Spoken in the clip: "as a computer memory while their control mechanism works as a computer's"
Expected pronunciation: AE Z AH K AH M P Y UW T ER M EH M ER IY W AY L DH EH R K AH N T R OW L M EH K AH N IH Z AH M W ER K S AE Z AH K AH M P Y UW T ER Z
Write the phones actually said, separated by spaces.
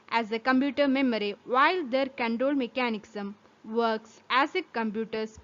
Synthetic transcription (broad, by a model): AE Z AH K AH M P Y UW T ER M EH M ER IY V AY L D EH R K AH N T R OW L M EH K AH N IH S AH M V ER K S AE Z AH K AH M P Y UW T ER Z